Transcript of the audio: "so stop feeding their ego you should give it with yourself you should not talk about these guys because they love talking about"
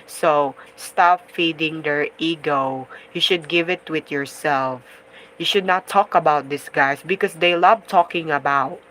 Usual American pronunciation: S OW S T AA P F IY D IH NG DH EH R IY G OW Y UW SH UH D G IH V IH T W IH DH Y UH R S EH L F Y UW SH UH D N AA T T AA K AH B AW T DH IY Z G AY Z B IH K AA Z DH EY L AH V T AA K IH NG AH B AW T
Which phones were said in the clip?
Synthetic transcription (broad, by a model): S OW S T AA P F IY D IH NG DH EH R IY G OW Y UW SH UH D G IH V IH T W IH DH Y UH R S EH L F Y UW SH UH D N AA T T AA K AH B AW T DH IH S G AY S B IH K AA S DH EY L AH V T AA K IH NG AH B AW T